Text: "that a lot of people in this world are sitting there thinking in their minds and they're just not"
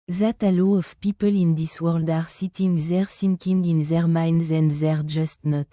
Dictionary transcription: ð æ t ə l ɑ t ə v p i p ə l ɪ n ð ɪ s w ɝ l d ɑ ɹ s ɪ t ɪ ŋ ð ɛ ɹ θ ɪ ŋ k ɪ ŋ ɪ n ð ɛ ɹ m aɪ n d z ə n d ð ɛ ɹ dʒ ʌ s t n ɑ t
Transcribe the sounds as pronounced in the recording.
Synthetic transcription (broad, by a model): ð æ t ə l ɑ ə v p i p ə l ɪ n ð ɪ s w ɝ l d ɑ ɹ s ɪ t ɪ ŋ ð ɛ ɹ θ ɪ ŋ k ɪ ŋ ɪ n ð ɛ ɹ m aɪ n d z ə n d ð ɛ ɹ dʒ ʌ s t n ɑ t